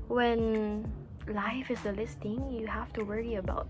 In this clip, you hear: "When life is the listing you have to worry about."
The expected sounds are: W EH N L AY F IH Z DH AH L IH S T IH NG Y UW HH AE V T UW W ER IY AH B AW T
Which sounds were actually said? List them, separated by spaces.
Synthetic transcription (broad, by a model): W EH N L AY F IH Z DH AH L IH S T IH NG Y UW HH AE F T UW W ER IY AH B AW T